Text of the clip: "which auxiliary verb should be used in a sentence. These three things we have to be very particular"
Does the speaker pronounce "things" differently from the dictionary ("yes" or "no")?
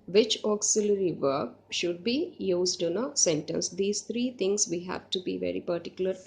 yes